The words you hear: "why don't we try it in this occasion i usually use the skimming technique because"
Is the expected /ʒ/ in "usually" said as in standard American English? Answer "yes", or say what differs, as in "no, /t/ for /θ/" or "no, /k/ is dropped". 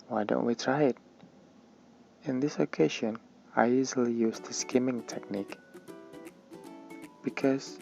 no, /z/ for /ʒ/